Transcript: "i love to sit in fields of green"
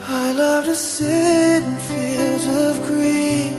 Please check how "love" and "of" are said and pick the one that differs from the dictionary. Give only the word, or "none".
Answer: none